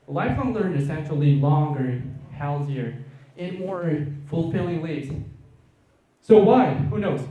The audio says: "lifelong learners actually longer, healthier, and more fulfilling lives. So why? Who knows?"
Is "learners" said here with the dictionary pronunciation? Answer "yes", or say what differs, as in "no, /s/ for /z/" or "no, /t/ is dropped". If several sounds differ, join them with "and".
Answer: no, /s/ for /z/